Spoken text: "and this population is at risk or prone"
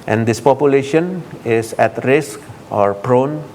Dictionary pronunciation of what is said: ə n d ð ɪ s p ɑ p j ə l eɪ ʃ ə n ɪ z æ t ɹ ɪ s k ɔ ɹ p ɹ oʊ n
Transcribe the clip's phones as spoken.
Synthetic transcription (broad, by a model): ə n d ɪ s p ɑ p j ə l eɪ ʃ ə n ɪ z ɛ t ɹ ɪ s k ɔ ɹ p ɹ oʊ n